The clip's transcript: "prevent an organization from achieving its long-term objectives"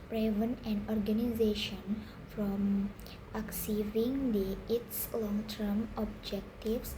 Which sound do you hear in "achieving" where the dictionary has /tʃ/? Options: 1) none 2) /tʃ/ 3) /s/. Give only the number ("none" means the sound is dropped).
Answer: 3